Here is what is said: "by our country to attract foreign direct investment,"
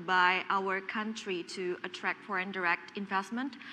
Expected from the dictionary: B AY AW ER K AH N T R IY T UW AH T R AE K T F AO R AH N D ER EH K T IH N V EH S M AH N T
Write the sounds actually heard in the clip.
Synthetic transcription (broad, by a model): B AY AW ER K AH N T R IY T UW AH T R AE K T F AO R AH N D ER EH K T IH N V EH S M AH N T